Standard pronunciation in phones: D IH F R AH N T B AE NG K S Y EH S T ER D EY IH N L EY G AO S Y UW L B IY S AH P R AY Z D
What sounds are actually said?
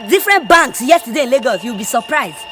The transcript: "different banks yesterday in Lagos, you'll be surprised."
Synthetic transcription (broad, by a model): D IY F R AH N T B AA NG K S Y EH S T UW D EY IH N L EY G AO S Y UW W B IY S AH P R AY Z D